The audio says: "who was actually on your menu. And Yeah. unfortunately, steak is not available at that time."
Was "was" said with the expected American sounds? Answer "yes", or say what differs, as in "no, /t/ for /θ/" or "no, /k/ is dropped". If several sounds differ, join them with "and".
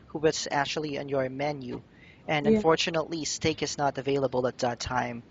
no, /s/ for /z/